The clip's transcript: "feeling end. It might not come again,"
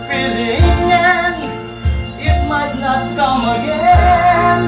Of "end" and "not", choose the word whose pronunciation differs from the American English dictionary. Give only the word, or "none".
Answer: end